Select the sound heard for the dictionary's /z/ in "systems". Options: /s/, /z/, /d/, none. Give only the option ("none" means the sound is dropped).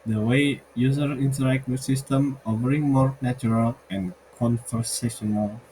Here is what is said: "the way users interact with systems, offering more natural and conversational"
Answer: none